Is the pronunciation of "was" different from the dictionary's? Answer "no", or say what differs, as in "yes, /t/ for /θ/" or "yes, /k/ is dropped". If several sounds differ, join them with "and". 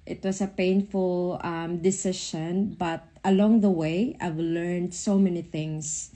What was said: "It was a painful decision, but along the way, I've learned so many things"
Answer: yes, /s/ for /z/